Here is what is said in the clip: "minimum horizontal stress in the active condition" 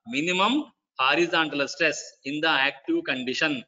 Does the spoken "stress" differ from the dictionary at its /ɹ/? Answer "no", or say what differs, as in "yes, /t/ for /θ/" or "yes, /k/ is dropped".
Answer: no